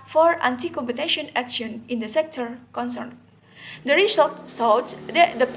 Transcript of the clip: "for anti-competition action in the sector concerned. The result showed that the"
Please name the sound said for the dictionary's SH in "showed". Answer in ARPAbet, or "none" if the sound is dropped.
S